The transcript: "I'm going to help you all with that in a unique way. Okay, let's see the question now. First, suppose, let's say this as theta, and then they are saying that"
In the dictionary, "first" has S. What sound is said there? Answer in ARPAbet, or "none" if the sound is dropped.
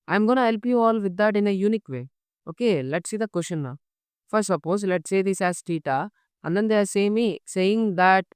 none